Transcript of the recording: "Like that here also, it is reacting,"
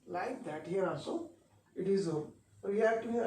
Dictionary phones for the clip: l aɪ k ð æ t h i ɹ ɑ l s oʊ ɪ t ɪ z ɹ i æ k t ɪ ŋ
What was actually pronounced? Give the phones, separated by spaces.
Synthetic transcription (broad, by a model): l aɪ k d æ t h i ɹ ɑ n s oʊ ɪ t ɪ z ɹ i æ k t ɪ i